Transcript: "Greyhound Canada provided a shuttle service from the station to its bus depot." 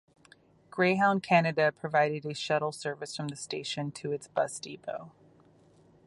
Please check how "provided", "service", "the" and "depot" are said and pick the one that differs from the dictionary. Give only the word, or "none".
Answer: depot